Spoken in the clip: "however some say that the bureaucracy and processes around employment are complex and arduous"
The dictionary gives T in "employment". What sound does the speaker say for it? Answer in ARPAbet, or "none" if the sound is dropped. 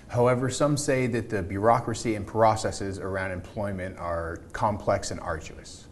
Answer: T